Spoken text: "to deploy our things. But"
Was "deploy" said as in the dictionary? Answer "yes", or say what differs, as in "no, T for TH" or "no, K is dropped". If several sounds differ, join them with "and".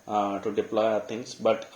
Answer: yes